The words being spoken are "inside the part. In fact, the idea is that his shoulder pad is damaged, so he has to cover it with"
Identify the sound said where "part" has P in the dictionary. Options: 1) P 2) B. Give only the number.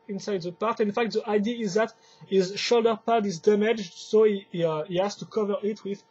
1